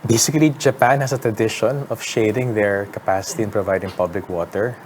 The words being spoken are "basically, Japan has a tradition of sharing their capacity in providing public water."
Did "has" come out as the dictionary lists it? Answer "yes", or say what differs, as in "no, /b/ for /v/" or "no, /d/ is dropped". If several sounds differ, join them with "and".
no, /s/ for /z/